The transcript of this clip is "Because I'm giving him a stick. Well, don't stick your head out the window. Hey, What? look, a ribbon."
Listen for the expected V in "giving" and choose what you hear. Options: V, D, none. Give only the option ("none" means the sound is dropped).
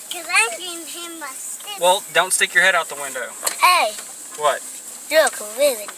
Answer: none